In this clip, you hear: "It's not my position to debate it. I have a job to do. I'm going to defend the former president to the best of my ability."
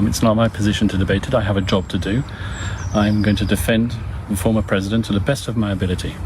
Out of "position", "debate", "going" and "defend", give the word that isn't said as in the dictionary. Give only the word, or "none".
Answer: none